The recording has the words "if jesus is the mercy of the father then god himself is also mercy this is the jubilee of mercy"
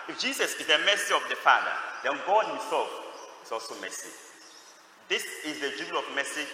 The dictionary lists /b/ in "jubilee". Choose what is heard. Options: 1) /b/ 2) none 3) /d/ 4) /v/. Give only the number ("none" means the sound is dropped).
2